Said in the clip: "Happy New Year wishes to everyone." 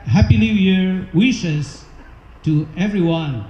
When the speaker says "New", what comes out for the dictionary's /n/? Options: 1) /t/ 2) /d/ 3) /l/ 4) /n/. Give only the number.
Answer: 3